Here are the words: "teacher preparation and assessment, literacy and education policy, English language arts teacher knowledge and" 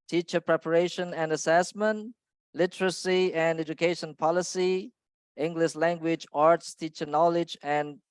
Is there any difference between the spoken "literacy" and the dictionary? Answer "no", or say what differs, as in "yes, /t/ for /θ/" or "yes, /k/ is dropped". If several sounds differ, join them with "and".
no